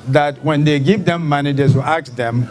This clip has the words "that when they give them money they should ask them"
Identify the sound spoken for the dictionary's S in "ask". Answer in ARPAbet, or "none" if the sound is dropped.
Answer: none